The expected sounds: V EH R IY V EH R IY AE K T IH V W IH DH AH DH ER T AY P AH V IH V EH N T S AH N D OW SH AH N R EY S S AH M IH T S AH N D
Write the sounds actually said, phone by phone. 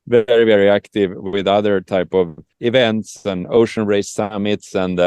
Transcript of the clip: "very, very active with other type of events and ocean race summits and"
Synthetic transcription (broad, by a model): V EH R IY V EH R IY AE K T IH V W IH DH AH DH ER T AY P AH V IH V EH N T S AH N OW SH AH N R EY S S AH M IH T S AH N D